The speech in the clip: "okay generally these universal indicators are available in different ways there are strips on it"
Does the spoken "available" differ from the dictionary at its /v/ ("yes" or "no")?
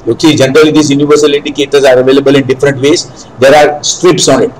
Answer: no